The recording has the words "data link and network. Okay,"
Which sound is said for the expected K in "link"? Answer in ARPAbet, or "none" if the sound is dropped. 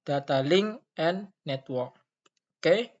none